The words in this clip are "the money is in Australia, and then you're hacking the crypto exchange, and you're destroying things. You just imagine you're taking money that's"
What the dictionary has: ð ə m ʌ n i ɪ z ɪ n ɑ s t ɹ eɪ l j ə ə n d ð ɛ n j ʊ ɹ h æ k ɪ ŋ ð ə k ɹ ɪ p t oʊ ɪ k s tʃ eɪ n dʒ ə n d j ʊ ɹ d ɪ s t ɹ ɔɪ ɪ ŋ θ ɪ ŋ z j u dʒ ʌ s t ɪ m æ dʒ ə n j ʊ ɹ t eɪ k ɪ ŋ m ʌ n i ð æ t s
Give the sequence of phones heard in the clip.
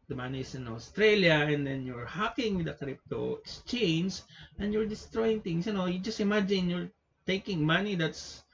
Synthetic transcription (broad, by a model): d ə m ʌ n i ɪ s ɪ n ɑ s t ɹ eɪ l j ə ə n d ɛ n j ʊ ɹ h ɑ k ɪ ŋ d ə k ɹ ɪ p t oʊ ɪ k s tʃ eɪ n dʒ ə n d j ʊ ɹ d ɪ s t ɹ ɔɪ ɪ ŋ t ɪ ŋ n j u dʒ ʌ s t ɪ m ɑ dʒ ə n j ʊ ɹ t eɪ k ɪ ŋ m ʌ n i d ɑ t s